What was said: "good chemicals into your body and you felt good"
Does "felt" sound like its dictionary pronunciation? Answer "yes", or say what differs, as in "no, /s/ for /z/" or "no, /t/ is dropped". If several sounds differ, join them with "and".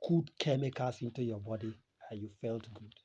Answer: yes